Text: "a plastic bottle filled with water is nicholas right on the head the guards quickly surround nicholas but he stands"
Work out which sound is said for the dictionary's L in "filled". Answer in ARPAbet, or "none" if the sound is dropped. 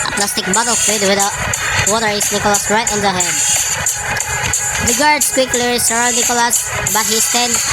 none